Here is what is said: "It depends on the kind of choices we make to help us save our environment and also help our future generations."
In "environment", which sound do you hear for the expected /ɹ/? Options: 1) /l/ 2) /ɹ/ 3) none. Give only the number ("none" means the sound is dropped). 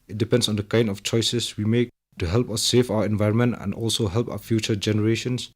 2